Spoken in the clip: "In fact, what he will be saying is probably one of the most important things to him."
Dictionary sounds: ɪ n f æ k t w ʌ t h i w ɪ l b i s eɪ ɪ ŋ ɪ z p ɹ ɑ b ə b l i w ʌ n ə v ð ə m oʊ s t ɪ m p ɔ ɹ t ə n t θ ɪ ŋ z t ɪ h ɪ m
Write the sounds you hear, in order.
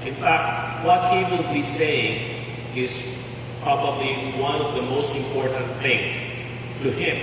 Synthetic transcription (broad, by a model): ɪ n f æ k t w ʌ t h i w ɪ l b i s eɪ ɪ ŋ ɪ z p ɹ ɑ b ə b l i w ʌ n ə v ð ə m oʊ s t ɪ m p ɔ ɹ t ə n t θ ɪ ŋ t ɪ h ɪ m